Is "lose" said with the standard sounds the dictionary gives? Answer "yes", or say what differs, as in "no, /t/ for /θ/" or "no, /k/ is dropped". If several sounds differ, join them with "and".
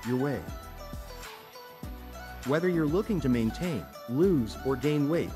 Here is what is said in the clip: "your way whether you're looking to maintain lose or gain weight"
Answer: yes